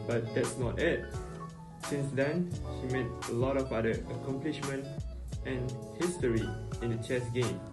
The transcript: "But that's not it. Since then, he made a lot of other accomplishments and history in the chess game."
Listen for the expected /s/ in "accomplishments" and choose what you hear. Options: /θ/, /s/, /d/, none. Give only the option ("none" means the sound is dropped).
none